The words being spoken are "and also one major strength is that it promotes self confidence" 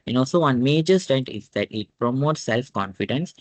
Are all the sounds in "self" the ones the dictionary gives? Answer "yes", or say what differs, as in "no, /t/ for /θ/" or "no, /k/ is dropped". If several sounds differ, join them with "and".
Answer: yes